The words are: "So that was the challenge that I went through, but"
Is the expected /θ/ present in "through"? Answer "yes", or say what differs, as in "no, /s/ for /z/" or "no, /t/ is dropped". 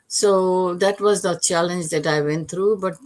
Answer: no, /t/ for /θ/